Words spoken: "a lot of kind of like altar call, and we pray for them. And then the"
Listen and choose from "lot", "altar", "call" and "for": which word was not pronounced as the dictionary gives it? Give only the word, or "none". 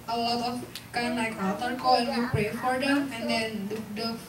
altar